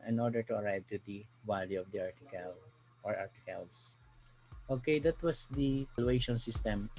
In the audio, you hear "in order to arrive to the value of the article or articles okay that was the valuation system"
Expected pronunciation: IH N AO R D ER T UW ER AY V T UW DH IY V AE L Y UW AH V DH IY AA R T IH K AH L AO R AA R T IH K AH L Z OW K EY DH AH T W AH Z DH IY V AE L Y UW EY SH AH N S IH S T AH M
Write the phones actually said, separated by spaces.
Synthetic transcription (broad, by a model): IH N AO R D ER T UW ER AY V T UW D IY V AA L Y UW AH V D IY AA R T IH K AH L AO R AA R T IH K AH L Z OW K EY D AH T W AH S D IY P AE L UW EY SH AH N S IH S T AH M